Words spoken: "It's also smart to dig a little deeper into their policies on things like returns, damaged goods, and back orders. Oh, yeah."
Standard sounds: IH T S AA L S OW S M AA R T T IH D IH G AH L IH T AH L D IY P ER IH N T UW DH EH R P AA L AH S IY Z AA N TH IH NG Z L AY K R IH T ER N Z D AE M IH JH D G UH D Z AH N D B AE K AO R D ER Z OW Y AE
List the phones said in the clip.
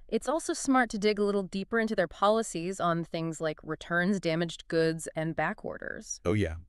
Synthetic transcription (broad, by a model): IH T S AA L S OW S M AA R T T IH D IH G AH L IH T L D IY P ER IH N T UW DH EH R P AA L AH S IY Z N TH IH NG Z L AY K R IH T ER N Z D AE M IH JH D G UH D Z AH N B AE K AO R D ER Z OW Y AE